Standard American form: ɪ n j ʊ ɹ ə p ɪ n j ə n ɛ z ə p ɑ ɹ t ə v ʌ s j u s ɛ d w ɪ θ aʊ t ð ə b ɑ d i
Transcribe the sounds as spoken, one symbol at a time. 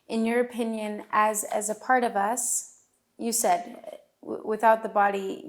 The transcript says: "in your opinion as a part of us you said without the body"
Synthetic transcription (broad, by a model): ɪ n j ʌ ɹ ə p ɪ n j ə n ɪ z ə p ɑ ɹ t ə v ʌ s j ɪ s ɛ d w ɪ θ aʊ t ð ə b ɑ d i